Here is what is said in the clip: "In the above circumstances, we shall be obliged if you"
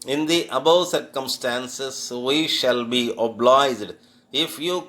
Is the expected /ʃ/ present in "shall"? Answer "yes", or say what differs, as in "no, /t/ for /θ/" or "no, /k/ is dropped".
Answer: yes